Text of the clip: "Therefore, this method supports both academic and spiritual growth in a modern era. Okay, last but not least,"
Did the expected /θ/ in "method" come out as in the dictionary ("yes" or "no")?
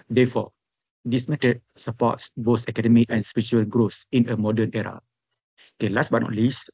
no